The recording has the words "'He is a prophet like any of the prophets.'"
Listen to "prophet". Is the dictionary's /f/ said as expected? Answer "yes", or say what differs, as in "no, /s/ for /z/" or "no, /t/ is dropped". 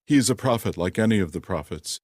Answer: yes